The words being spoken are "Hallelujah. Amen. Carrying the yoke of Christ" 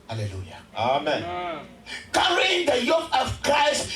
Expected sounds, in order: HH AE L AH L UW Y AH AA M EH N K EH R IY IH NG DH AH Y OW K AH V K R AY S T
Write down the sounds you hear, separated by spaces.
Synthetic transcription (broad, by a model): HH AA L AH L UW Y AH AA M EH N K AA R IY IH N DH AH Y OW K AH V K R AY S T